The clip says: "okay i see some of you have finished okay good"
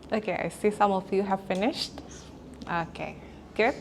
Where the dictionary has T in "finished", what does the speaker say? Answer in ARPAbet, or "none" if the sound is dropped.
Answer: T